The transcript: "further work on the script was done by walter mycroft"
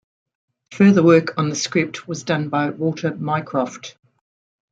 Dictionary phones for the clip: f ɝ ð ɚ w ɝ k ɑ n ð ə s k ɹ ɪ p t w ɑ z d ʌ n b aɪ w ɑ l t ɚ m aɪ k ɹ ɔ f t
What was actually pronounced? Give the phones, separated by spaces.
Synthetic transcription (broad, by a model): f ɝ ð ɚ w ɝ k n ð ə s k ɹ ɪ p t w ɑ z d ʌ n b aɪ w ɑ t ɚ m aɪ k ɹ ɔ f t